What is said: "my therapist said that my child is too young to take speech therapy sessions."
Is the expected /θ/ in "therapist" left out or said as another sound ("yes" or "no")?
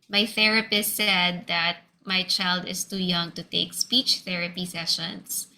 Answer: no